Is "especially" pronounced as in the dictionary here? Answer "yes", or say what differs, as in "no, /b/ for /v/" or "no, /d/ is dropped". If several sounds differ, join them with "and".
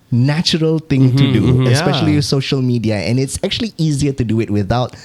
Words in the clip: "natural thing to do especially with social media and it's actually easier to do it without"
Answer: no, /l/ is dropped